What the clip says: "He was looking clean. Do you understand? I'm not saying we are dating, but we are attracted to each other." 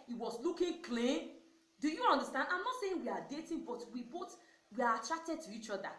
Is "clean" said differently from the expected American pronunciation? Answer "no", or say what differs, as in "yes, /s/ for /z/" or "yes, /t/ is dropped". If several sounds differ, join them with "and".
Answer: no